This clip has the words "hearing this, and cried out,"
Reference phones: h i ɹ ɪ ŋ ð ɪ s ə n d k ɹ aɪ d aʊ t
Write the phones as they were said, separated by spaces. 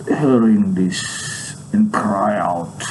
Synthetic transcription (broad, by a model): h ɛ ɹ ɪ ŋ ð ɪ s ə n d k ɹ aɪ aʊ t